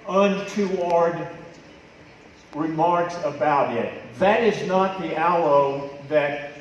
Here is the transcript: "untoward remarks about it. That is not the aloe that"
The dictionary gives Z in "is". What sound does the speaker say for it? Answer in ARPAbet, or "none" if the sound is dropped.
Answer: Z